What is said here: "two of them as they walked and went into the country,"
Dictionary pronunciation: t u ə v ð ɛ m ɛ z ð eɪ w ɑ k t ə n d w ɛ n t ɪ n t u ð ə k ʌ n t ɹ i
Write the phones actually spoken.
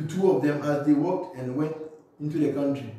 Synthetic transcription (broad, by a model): t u ə v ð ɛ m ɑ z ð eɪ w ɑ k t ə n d w ɛ n t ɪ n t u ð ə k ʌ n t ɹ i